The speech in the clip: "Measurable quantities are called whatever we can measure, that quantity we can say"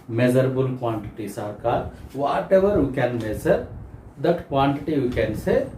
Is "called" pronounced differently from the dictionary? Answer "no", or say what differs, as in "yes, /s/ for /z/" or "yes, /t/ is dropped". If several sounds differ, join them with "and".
yes, /l/ is dropped